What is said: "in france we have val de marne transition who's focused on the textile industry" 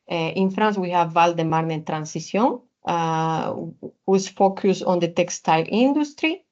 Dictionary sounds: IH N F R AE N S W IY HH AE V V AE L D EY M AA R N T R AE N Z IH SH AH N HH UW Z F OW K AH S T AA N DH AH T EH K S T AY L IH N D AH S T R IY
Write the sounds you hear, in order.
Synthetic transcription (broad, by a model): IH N F R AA N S W IY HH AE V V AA L D EY M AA R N T R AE N S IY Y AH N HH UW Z F OW K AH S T AA N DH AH T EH K S T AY L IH N D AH S T R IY